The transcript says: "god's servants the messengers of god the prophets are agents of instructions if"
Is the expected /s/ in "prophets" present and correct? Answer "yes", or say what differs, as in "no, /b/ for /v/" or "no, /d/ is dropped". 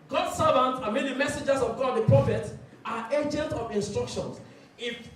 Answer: no, /s/ is dropped